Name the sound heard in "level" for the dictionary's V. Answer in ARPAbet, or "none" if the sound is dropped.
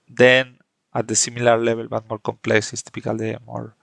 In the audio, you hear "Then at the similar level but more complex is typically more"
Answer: B